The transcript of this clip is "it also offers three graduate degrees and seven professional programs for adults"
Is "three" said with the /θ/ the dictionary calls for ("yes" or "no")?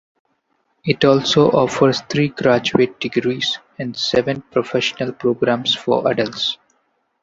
no